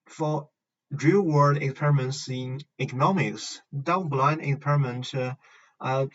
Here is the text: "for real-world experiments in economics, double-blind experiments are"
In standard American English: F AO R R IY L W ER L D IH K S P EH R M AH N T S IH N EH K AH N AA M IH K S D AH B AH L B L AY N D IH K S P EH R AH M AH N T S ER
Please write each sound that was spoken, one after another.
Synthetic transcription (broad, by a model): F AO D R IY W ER D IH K S P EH R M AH N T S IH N EH K AH N AA M IH K S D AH AH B L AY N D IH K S P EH R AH M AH N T ER